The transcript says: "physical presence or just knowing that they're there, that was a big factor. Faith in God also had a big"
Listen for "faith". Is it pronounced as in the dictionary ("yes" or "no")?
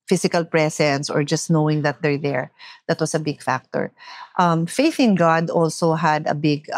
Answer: yes